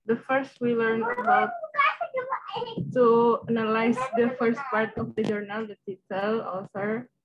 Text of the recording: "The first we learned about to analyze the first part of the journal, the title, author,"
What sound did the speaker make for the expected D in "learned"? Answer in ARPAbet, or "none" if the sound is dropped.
none